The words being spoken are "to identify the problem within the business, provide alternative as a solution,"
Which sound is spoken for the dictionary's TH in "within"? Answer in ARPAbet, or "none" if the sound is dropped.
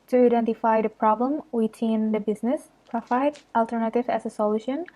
T